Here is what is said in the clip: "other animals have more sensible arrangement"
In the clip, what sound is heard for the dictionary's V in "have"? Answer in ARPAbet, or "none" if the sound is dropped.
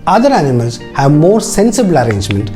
V